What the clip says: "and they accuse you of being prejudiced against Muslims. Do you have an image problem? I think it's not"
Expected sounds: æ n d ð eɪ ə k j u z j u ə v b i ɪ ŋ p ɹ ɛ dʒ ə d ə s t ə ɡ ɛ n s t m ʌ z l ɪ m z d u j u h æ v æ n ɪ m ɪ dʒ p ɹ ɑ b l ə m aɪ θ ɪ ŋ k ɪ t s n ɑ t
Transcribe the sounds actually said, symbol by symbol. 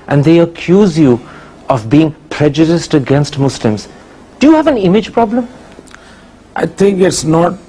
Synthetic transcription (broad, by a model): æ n d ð eɪ ə k j u z j u ə v b i ɪ ŋ p ɹ ɛ dʒ ə d ə s t ə ɡ ɛ n s t m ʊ s l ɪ m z d u j u h æ v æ n ɪ m ɪ dʒ p ɹ ɑ b l ə m aɪ t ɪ ŋ k ɪ t s n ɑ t